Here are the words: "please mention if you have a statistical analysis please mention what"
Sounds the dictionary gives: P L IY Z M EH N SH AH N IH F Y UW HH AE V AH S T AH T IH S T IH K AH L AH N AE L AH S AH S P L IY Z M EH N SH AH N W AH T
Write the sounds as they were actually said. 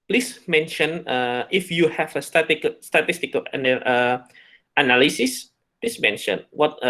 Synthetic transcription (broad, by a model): P L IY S M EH N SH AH N IH F Y UW HH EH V AH S T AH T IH S T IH K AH N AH N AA L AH S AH S P L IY S M EH N SH AH N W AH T